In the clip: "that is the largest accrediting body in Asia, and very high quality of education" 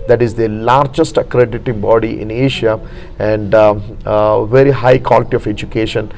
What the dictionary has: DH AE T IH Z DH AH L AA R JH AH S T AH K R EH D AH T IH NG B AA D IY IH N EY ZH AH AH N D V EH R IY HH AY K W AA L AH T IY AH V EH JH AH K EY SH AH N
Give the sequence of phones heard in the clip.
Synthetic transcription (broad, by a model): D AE T IH Z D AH L AA R JH AH S T AH K R EH D AH T IH NG B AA D IY IH N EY SH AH AH N D V EH R IY HH AY K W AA L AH T IY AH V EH JH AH K EY SH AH N